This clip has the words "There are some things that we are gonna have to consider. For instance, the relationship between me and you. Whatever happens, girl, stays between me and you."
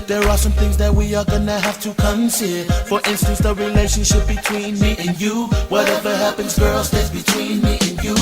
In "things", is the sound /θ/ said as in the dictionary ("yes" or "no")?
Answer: yes